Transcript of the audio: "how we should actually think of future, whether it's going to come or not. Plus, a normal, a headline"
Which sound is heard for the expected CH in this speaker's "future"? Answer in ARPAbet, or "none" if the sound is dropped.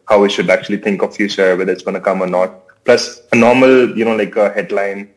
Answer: S